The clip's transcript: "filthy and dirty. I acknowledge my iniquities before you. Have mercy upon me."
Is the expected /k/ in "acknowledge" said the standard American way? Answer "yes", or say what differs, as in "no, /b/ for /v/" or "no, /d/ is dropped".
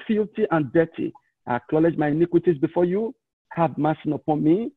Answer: yes